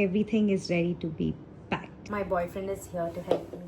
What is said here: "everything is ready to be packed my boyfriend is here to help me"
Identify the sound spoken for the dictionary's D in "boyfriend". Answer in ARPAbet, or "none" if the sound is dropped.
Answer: D